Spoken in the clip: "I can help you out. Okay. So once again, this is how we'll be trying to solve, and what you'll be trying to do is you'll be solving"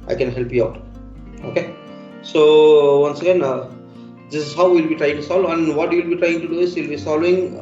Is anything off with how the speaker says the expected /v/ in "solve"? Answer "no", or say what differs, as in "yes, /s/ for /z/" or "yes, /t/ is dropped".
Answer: yes, /v/ is dropped